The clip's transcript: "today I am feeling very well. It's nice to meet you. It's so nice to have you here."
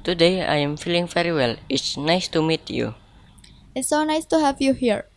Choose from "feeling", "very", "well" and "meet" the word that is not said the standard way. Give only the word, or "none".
very